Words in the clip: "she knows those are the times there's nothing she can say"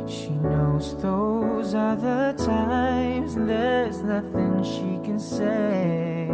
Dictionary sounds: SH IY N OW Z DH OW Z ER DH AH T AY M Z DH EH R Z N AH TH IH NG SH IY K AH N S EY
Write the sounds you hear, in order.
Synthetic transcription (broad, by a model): SH IY N OW Z DH OW Z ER DH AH T AY M Z DH EH R Z N AH TH IH NG SH IY K AH N S EY